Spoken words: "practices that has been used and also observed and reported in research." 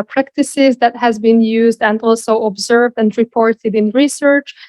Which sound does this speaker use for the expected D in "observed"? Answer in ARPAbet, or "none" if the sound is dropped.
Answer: D